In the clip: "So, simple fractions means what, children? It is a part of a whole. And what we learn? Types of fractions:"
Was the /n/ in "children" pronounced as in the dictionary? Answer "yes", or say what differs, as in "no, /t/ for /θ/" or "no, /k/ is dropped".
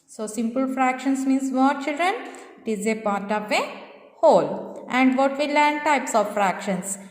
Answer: yes